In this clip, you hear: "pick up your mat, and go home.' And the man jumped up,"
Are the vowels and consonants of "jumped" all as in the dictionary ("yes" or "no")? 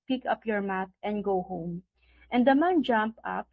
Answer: no